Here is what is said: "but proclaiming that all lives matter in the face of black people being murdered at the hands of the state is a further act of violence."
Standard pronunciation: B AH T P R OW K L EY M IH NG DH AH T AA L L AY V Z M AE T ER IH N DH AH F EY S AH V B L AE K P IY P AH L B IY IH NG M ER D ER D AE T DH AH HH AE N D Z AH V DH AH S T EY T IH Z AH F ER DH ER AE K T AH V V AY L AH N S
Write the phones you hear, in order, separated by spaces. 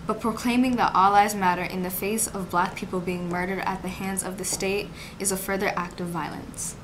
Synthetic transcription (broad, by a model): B AH T P R OW K L EY M IH NG DH AH T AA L L AY Z M AE T ER IH N DH AH F EY S AH V B L AE K P IY P L B IY IH NG M ER D ER D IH T DH AH HH AE N D Z AH V DH AH S T EY T IH Z AH F ER DH ER AE K T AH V V AY L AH N S